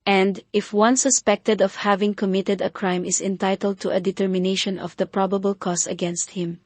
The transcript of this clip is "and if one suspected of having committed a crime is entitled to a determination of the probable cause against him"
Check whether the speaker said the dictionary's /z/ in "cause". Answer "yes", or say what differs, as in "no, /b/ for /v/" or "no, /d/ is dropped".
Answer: no, /s/ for /z/